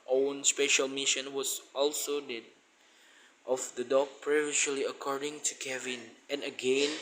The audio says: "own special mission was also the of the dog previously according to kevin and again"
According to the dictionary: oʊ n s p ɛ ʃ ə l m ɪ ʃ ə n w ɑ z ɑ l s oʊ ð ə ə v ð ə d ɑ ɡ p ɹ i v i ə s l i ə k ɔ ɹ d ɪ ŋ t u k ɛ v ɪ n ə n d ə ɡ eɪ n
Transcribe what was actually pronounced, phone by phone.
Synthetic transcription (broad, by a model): oʊ n s p ɛ ʃ ə l m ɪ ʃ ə n w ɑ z ɑ l s oʊ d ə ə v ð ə d ɑ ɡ p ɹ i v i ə l i ə k ɔ ɹ d ɪ ŋ t u k ɛ v ɪ n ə n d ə ɡ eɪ n